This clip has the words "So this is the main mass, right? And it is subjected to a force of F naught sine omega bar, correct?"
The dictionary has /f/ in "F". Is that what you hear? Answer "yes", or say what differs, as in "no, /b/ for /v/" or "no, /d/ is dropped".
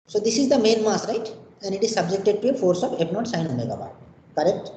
no, /p/ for /f/